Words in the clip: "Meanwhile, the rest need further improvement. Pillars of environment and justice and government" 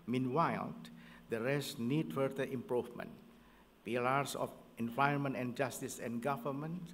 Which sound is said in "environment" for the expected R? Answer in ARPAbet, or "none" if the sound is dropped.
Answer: none